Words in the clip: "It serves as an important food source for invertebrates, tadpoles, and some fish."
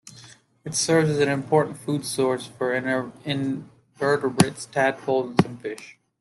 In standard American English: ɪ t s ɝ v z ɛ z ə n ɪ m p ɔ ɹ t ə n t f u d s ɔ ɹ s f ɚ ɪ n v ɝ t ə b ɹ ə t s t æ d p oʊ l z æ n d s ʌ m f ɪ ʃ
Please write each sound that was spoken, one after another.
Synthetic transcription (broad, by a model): ɪ t s ɝ v z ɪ z ə n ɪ m p ɔ ɹ t n t f u d s ɔ ɹ s f ɚ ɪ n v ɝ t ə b ɹ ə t s t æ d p oʊ l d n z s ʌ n f ɪ ʃ